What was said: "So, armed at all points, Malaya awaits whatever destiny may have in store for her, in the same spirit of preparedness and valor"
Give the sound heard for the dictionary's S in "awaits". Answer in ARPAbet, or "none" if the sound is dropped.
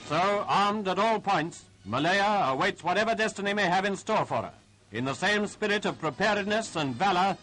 S